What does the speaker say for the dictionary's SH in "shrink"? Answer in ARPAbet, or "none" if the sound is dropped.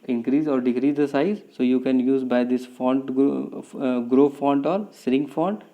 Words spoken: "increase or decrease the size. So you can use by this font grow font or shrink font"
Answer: S